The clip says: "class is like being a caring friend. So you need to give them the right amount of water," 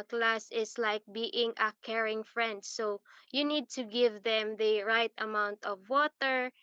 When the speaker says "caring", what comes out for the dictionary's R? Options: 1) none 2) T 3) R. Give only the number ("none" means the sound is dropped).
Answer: 3